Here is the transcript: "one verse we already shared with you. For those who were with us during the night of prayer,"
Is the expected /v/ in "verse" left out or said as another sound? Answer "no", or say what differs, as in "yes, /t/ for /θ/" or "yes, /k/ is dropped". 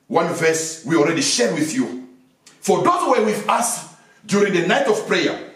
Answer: no